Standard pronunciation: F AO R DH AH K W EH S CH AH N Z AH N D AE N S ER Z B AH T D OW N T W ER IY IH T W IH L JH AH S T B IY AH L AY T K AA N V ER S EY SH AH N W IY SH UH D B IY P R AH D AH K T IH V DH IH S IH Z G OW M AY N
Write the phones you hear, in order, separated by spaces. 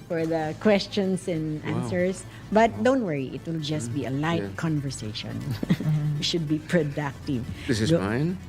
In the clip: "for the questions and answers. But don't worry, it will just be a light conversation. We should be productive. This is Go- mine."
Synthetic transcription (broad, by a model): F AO R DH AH K W EH S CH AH N S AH N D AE N S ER S B AH T D OW N T W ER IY IH T W IH L JH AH S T B IY AH L AY T K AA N V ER S EY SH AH N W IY SH UH D B IY P R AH D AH K T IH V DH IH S IH Z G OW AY N